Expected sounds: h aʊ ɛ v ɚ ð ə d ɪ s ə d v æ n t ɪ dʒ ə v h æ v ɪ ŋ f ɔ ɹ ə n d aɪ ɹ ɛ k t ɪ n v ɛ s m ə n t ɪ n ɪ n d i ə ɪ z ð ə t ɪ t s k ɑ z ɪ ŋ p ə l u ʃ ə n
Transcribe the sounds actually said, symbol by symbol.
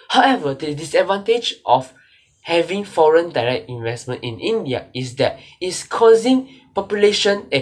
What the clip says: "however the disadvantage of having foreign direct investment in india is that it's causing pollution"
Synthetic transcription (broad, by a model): h aʊ ɛ v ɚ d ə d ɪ s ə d v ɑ n t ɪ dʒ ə f h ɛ v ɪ ŋ f ɔ ɹ ə n d aɪ ɹ ɛ k t ɪ n v ɛ s m ə n t ɪ n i n d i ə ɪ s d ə t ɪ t s k ɑ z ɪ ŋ p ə l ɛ ʃ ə n